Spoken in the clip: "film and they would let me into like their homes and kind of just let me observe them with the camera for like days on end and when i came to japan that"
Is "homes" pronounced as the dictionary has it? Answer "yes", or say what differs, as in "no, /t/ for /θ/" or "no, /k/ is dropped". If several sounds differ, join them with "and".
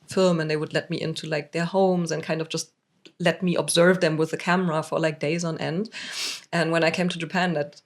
yes